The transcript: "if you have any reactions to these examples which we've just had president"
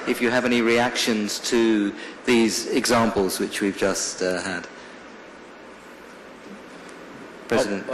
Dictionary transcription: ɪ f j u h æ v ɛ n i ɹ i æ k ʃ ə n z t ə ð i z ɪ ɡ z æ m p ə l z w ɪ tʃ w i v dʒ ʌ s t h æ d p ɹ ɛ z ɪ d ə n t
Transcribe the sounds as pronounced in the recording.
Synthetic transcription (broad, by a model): ɪ f j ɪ v ɛ n i ɹ i æ k ʃ ə n z t ə ð i z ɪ ɡ z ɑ m p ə l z w ɪ tʃ w i v dʒ ʌ s t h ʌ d p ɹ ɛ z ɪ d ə n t